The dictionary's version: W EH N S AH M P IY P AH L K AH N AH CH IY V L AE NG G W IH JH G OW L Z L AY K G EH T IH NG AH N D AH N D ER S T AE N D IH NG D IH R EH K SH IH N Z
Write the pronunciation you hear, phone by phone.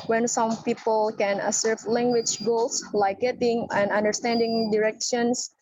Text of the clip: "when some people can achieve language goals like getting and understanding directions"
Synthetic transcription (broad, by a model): W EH N S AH M P IY P AH L K AH N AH S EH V L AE NG G W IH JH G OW L S L AY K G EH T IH NG AH N D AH N D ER S T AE N D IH NG D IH R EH K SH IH N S